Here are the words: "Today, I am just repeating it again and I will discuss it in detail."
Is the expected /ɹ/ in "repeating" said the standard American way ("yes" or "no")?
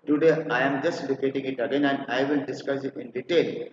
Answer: no